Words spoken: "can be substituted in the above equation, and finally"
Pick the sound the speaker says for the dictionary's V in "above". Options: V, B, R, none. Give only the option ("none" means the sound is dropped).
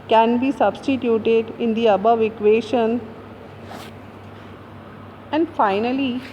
V